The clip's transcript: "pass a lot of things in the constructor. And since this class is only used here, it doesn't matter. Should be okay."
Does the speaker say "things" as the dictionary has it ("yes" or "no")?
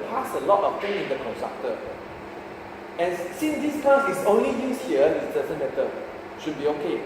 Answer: no